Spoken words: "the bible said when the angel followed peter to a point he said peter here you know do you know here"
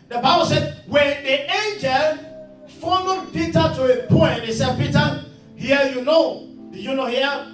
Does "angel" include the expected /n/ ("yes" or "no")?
yes